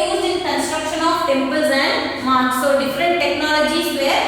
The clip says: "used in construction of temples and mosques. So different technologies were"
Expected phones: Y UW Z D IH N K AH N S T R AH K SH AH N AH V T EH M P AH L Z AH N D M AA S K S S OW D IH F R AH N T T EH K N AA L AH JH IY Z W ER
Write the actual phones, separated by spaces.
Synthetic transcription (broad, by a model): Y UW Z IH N K AH N S T R AH K SH AH N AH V T EH M P AH L Z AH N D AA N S S OW D IH F R AH N T T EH K N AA L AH JH IY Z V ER